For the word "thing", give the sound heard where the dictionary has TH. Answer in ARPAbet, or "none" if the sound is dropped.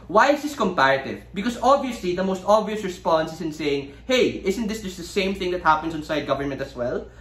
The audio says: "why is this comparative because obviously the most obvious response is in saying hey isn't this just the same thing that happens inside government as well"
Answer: TH